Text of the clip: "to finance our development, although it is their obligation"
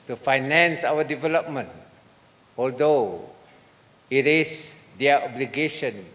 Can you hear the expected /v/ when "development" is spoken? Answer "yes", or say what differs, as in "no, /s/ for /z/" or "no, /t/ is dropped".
yes